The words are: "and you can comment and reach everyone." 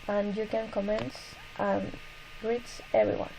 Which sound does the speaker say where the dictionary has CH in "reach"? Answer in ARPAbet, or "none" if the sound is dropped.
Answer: S